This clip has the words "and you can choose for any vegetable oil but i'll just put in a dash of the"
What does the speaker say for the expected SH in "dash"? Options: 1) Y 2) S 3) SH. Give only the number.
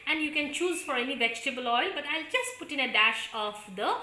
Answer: 3